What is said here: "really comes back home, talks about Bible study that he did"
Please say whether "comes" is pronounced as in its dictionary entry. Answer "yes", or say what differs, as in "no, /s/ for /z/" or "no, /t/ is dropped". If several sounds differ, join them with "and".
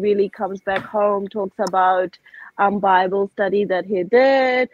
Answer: yes